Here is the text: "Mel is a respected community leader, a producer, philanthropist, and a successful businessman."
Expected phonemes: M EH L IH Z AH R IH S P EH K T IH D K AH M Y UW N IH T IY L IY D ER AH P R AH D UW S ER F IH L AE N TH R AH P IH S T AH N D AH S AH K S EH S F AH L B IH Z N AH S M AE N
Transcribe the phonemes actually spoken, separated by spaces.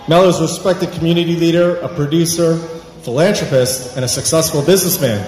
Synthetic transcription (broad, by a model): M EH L IH Z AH R IH S P EH K T IH D K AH M Y UW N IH T IY L IY D ER AH P R AH D UW S ER F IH L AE N T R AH P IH S T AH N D AH S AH K S EH S F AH L B IH Z N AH S M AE N